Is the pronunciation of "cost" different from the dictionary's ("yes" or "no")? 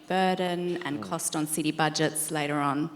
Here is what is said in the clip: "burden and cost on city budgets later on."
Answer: no